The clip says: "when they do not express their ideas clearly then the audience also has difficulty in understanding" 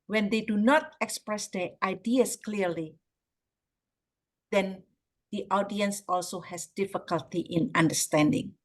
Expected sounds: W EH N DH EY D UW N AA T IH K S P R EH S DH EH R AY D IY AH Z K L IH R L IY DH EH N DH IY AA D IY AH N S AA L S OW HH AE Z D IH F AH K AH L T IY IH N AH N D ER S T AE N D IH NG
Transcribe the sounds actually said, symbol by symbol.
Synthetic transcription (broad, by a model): W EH N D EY D UW N AA T IH K S P R EH S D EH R AY D IY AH S K L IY R L IY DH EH N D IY AA D IY AH N S AA L S OW HH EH S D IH F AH K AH L T IY IH N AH N D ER S T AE N D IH NG